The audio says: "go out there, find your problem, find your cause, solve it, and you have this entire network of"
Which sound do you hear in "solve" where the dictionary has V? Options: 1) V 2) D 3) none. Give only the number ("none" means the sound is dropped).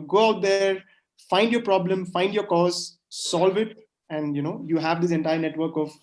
1